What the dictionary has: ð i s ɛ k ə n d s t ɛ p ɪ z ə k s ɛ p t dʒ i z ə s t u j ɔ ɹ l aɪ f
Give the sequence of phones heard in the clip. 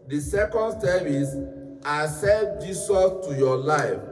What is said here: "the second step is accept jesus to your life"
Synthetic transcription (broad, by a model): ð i s ɛ k ə n d s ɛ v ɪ s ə s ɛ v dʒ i s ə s t u j ɔ l aɪ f